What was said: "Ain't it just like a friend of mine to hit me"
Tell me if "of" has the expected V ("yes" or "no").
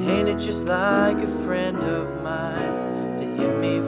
yes